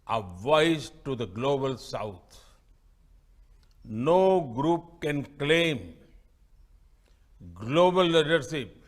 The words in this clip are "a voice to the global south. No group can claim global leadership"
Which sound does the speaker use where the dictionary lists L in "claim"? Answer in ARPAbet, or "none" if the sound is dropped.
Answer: L